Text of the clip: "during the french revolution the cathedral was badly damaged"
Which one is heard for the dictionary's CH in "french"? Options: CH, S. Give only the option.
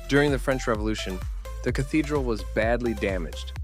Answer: CH